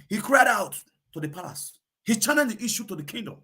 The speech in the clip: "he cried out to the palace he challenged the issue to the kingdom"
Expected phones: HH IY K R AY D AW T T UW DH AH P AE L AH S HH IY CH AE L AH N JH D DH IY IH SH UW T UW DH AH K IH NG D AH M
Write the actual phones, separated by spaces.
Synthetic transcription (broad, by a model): HH IY K R AY D AW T T UW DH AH P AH S HH IY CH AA N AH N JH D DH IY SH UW T UW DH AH K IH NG D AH M